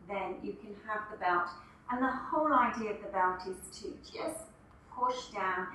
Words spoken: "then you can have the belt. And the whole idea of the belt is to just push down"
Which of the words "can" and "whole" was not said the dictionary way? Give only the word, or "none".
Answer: none